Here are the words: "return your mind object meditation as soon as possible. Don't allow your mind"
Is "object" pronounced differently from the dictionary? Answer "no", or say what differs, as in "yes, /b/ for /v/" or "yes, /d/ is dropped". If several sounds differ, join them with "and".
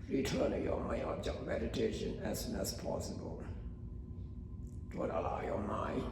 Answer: yes, /b/ is dropped